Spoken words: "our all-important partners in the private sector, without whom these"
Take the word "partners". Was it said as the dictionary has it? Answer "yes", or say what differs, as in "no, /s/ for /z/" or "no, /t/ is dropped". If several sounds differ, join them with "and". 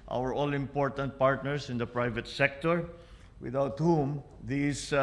no, /s/ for /z/